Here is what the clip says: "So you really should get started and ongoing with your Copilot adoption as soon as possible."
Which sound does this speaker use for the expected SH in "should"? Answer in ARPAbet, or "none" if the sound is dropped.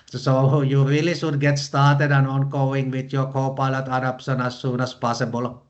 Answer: S